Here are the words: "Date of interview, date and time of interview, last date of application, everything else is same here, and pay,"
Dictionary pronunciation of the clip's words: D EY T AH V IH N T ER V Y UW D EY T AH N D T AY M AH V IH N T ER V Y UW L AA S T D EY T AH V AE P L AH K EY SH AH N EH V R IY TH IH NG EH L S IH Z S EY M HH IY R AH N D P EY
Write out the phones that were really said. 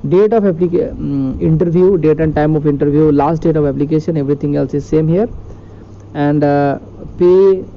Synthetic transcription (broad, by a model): D EY T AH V IH N T ER V Y UW D EY T AH N D T AY M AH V IH N T ER V Y UW L AA S T D EY T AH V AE P L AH K EY SH AH N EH V R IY T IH NG EH L S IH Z S EY M HH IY R AH N D P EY